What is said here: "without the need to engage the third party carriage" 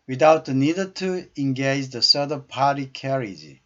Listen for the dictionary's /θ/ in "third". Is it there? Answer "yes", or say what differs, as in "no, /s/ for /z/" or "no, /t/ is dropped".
no, /s/ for /θ/